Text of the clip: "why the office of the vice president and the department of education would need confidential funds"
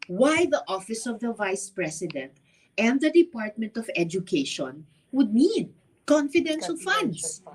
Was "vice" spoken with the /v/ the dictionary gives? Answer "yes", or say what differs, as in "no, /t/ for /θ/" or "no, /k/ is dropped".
yes